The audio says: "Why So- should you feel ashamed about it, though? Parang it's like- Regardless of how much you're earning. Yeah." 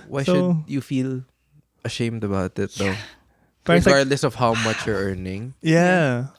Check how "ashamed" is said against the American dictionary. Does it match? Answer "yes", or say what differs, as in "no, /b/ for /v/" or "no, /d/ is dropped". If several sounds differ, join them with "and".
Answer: yes